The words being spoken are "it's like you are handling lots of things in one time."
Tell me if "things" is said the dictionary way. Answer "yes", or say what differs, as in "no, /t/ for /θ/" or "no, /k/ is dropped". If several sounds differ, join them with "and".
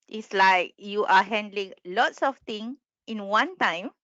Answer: no, /z/ is dropped